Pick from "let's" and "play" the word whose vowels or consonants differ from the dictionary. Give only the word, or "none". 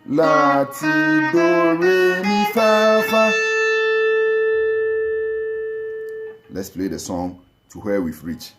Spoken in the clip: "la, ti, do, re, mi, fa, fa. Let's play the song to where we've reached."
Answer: none